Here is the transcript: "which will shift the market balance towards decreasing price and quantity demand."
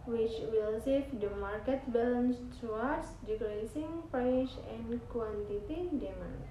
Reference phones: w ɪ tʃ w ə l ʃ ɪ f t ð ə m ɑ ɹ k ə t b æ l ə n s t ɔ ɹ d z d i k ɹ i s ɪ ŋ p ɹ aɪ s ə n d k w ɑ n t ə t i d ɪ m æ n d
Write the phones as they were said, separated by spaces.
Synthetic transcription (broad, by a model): w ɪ tʃ w ə l s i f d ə m ɑ ɹ k ə t b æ l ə n s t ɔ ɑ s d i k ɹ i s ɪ ŋ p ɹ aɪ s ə n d k w ɑ n t ə t i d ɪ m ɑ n